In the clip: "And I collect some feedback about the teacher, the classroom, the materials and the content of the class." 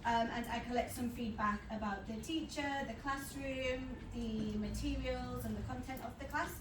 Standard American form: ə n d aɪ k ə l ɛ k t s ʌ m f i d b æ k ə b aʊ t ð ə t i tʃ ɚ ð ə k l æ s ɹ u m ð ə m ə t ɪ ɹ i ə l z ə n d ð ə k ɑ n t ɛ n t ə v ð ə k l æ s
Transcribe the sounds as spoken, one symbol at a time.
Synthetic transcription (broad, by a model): ə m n aɪ k ə l ɛ k t s ʌ m f i d b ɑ k ə b aʊ t ð ə t i tʃ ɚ ð ə k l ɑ s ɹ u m ð ə m ə t ɪ ɹ i ə l z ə n ð ə k ɑ n t ɛ n t ə v ð ə k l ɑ s